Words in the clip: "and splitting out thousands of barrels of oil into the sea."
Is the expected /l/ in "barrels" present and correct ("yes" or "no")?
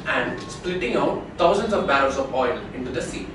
no